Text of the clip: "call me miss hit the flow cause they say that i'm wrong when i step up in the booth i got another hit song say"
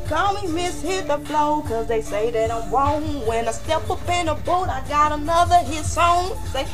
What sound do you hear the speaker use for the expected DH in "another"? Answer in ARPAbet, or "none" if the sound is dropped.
DH